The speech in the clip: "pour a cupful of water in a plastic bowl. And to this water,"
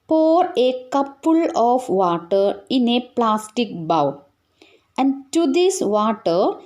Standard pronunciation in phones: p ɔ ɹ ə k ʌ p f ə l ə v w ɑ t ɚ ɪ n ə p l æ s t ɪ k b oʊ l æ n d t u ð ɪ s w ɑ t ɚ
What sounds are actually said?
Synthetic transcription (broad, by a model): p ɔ ɹ ə k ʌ p ə l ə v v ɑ t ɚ ɪ n ə p l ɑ s t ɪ k b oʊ w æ n d t u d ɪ s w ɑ t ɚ